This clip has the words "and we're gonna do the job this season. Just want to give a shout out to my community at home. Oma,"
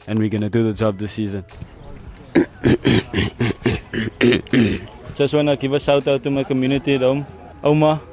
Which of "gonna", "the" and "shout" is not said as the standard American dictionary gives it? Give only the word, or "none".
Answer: shout